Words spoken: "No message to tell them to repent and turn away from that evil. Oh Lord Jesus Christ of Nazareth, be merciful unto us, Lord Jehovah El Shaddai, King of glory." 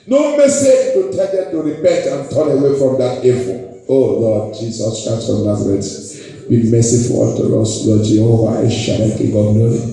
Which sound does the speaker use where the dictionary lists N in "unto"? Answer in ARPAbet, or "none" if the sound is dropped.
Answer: none